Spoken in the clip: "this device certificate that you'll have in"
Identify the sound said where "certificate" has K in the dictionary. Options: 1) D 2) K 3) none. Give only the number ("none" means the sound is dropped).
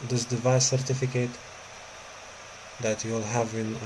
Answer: 2